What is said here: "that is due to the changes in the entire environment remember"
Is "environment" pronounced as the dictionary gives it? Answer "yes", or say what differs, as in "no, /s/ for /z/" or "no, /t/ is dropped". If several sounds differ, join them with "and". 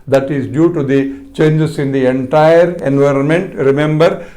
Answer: yes